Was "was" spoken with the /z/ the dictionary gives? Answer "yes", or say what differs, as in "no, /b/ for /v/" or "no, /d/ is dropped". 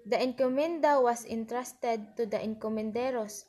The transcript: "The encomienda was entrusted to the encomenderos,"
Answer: no, /s/ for /z/